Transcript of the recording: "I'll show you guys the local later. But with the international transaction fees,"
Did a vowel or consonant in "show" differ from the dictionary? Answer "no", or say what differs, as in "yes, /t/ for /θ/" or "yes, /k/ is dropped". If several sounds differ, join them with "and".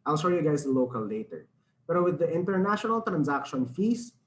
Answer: yes, /s/ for /ʃ/